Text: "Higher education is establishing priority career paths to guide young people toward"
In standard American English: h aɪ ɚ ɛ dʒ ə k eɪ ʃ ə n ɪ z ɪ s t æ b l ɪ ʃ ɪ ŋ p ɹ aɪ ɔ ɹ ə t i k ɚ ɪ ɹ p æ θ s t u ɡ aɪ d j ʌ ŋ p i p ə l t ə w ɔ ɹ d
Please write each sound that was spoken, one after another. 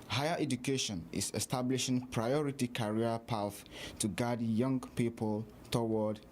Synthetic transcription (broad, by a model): h aɪ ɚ ɛ dʒ ə k eɪ ʃ ə n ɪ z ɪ s t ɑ b l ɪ ʃ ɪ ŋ p ɹ aɪ ɔ ɹ ə t i k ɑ ɹ p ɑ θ t u ɡ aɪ d j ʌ ŋ p i p ə l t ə w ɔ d